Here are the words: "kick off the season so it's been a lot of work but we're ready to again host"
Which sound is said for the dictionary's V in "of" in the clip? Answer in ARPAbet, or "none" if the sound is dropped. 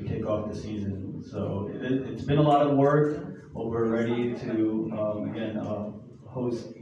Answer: V